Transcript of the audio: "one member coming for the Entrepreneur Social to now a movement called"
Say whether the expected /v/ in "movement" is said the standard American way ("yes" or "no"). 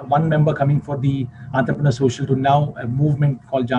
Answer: yes